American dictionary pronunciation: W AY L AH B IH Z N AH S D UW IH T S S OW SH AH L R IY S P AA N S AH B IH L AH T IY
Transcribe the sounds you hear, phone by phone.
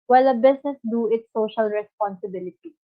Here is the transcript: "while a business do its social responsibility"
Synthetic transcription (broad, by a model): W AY L AH B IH S N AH S D UW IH T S S OW SH AH L R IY S P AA N S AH B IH L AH T IY